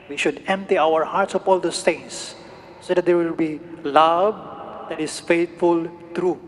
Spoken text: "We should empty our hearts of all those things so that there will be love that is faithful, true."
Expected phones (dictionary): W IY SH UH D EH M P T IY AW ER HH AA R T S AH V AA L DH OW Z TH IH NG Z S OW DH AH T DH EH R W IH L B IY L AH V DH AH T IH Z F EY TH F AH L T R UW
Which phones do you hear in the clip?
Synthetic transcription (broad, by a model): W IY SH UH D EH M P T IY AW ER HH AA R T S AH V AA L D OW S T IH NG S OW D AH T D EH R W IH L B IY L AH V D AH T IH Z F EY T F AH L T R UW